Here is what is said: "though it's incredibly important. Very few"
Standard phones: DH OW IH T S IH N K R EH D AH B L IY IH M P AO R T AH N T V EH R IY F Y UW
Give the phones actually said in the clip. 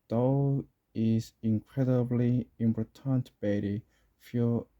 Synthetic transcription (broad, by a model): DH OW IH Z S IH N K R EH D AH B L IY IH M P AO T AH N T B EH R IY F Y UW